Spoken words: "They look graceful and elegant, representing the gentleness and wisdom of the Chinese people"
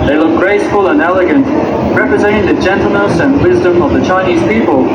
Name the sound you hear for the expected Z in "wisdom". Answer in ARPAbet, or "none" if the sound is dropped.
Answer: Z